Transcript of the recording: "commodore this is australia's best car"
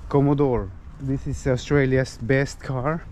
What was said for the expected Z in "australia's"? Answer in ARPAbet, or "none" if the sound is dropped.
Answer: S